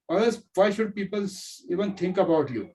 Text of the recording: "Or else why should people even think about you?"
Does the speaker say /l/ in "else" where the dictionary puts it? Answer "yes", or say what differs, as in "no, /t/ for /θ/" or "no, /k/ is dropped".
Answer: no, /l/ is dropped